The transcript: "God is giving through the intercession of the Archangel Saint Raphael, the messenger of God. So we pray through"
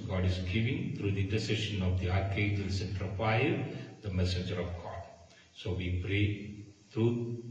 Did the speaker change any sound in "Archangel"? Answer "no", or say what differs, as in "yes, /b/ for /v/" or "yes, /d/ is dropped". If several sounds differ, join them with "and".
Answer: yes, /n/ is dropped